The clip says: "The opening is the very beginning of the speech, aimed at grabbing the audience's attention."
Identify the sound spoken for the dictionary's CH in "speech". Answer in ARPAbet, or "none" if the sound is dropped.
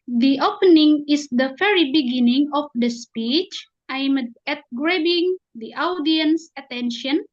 CH